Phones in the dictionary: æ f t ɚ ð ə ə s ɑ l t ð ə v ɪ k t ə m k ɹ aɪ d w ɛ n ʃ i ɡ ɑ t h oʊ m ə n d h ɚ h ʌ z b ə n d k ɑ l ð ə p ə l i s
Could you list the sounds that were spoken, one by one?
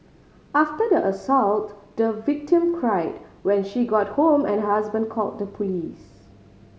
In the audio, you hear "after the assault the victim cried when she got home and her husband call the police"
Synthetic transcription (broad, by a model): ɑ f t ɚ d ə ə s ɑ l t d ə v ɪ k t ə m k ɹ aɪ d w ɛ n ʃ i ɡ ɑ t h oʊ m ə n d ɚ h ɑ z b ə n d k ɑ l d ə p ə l i s